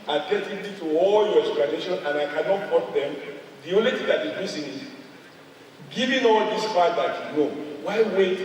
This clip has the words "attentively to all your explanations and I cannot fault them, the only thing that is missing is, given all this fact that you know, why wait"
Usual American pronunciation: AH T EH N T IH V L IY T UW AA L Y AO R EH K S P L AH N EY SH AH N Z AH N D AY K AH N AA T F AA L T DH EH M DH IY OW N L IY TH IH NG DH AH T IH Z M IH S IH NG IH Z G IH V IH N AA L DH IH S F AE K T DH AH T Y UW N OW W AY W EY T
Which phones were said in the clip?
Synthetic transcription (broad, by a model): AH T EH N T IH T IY T UW AA L Y AO R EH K S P L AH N EY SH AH N AH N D AY K AH N AA T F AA T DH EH M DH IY OW N L IY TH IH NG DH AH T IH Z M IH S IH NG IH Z G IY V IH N AA L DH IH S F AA T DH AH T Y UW N OW W AY W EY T